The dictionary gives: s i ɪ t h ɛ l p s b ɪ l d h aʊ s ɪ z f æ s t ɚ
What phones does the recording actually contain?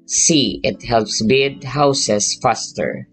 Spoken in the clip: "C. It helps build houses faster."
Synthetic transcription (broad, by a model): s i ɪ t h ɛ l p s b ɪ d h aʊ s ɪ s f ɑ s t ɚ